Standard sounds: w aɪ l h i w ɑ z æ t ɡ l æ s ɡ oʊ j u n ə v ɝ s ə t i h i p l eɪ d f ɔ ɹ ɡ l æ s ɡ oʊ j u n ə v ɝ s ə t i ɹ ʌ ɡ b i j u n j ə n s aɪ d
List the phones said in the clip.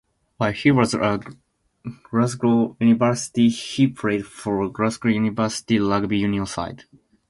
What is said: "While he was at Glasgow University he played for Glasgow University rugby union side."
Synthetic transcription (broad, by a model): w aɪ h i w ɑ z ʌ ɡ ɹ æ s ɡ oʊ j u n ə v ɝ s ə t i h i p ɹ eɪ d f ɔ ɹ ɡ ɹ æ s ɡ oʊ j u n ə v ɝ s ə t i l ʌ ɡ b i j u n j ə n s aɪ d